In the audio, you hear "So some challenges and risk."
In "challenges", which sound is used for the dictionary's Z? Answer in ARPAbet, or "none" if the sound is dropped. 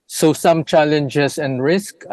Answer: S